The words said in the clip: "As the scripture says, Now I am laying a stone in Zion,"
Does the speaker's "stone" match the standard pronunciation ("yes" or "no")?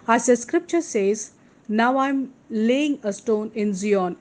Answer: yes